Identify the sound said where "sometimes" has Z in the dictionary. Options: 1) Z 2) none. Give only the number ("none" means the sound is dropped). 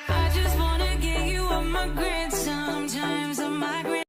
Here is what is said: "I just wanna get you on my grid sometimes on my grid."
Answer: 1